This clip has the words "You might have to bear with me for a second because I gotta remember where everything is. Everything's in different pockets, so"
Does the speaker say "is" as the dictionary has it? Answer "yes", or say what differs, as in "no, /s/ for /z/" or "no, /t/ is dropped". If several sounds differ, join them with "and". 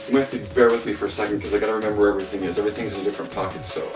yes